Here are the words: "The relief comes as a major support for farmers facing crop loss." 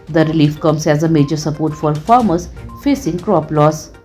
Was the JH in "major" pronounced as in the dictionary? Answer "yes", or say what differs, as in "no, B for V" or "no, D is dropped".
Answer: yes